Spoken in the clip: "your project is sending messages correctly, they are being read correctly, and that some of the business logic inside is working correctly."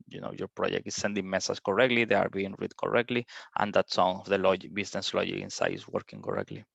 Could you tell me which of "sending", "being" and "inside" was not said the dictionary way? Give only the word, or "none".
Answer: inside